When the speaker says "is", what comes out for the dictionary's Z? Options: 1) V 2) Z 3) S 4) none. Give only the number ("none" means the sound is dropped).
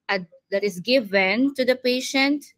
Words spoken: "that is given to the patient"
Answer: 3